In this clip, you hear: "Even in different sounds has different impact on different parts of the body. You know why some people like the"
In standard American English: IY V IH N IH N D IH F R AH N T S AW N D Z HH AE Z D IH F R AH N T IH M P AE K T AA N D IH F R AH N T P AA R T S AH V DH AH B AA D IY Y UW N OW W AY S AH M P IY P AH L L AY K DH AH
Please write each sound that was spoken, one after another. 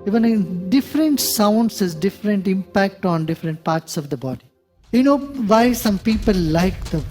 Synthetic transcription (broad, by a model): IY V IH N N D IH F R AH N T S AW N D S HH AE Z D IH F R AH N T IH M P AE K T AA N D IH F R AH N T P AA R T S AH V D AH B AA D IY Y UW N OW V AY S AH M P IY P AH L L AY K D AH